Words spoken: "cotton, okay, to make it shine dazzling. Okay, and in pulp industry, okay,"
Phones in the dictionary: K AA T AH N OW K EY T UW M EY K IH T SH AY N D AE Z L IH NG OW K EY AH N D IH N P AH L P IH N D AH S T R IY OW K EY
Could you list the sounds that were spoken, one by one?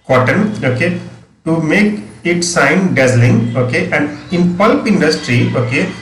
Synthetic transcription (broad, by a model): K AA T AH N OW K EY T UW M EY K IH T S AY N D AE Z L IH NG OW K EY AH N D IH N P AH L P IH N D AH S T R IY OW K EY